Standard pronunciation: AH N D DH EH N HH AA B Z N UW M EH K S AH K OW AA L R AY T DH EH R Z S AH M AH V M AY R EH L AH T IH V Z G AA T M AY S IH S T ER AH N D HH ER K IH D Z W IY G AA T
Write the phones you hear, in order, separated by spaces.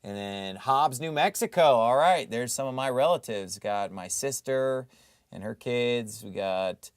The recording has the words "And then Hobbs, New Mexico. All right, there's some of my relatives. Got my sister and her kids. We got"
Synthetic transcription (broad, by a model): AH N DH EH N HH AA B Z N UW M EH K S AH K OW AA L R AY T DH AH R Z S AH M AH V M AY R EH L AH T IH V Z G AA T M AY S IH S T ER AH N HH ER K IH D Z W IY G AA T